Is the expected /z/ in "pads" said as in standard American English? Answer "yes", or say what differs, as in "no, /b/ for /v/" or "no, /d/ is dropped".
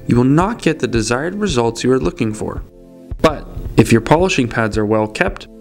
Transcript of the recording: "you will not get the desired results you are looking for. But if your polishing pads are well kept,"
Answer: yes